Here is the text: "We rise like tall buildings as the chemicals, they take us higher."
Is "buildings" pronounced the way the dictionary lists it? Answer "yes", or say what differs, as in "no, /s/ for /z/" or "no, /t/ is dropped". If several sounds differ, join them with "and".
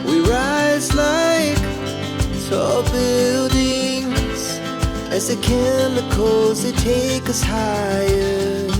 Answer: yes